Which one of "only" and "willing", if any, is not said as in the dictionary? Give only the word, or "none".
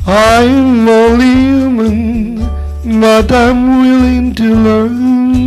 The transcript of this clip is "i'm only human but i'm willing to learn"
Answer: only